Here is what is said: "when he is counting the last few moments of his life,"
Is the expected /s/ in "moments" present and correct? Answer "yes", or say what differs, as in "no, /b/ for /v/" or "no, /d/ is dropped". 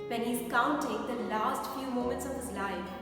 yes